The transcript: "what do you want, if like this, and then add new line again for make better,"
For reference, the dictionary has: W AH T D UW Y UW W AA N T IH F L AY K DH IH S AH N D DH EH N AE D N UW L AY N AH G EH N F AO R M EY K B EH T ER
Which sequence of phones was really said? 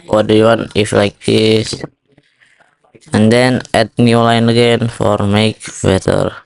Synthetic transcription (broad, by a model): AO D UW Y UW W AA N IH F L AY K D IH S AH N D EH N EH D N UW L AY N AH G EH N F AO R M EY K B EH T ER